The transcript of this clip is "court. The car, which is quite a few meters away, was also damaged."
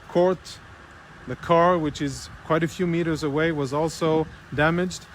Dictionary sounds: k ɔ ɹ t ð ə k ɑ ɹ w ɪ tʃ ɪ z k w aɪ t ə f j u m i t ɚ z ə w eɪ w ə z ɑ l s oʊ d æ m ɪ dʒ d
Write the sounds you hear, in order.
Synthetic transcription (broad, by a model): k ɔ ɹ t ð ə k ɑ ɹ w ɪ tʃ ɪ z k w aɪ t ə f j u m i t ɚ z ə w eɪ w ə z ɑ l s oʊ d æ m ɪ dʒ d